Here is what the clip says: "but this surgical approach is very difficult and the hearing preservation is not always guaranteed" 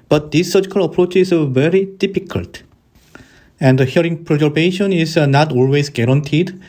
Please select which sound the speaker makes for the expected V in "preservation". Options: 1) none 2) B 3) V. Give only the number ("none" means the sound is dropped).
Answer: 2